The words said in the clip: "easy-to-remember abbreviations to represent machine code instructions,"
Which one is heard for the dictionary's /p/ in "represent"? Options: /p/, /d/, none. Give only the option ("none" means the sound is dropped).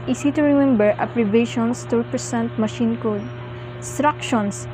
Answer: none